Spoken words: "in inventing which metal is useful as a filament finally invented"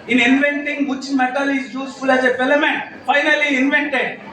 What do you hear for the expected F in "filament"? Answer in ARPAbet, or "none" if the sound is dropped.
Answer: P